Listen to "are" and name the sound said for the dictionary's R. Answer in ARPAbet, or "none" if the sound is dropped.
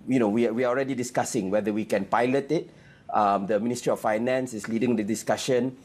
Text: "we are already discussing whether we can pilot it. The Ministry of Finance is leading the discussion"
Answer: W